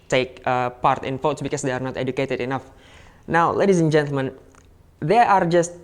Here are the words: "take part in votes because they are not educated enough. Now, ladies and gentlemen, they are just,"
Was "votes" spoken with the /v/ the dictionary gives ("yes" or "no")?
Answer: no